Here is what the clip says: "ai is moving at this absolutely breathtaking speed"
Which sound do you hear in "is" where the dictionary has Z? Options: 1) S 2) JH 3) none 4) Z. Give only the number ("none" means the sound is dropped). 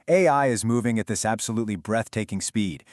4